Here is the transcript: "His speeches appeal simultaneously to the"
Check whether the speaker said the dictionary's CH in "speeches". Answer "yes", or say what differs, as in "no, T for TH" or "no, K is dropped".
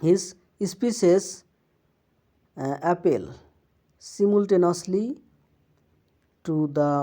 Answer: no, S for CH